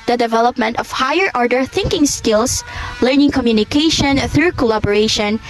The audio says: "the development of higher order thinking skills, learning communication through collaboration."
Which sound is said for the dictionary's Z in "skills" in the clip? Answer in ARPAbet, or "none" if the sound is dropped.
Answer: S